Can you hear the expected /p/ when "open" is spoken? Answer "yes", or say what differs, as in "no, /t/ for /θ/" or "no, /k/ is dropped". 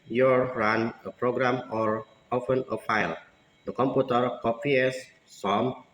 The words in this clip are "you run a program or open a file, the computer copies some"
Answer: no, /f/ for /p/